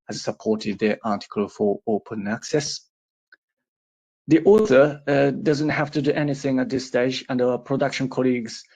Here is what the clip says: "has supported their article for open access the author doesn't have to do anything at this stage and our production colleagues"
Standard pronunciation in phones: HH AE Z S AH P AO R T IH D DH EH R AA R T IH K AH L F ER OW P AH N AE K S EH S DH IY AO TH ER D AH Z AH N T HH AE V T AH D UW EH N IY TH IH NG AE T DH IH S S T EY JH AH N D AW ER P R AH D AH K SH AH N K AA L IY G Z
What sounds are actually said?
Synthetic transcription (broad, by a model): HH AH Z S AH P AO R T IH D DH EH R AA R T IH K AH L F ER OW P AH N AE K S EH S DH IY AO TH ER D AH Z AH N T HH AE F T AH D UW EH N IY TH IH NG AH T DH IH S S T EY JH AH N D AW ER P R AH D AH K SH AH N K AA L IY G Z